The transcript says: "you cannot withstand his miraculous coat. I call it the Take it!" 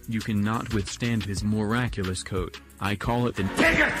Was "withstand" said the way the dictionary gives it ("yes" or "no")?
yes